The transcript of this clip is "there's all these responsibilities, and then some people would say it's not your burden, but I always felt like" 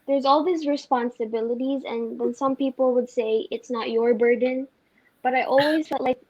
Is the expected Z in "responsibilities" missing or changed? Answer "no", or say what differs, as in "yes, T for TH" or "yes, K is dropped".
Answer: no